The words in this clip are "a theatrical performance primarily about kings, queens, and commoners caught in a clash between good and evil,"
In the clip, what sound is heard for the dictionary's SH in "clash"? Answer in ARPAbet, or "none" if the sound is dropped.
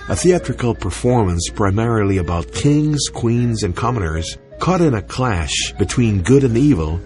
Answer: SH